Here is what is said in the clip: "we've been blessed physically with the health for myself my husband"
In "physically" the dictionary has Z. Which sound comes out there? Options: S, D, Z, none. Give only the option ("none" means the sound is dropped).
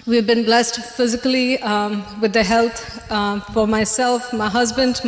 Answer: Z